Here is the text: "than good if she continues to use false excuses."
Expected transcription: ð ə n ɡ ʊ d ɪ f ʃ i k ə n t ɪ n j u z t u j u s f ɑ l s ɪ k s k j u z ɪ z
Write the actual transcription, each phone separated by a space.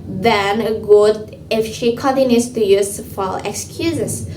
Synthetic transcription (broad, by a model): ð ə n ɡ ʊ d ɪ f ʃ i k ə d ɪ n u s t u j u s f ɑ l ɪ k s k j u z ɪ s